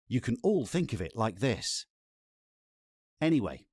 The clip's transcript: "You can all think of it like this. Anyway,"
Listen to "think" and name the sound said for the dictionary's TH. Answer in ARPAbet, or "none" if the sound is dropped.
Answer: TH